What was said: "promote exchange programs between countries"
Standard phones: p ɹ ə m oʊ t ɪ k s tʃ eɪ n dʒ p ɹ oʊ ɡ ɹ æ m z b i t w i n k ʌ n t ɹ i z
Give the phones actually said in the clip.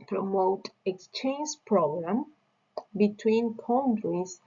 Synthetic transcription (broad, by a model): p ɹ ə m oʊ t ɪ k s tʃ eɪ n dʒ p ɹ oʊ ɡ ɹ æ m b i t w i n k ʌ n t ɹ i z